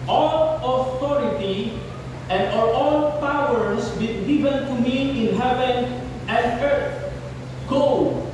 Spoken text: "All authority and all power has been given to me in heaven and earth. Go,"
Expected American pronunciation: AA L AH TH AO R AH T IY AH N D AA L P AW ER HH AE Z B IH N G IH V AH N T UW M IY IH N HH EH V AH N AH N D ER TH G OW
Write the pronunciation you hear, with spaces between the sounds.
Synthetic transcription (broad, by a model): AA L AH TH AO R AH T IY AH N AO AA L P AW ER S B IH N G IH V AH N T UW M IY IH N HH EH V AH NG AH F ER T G OW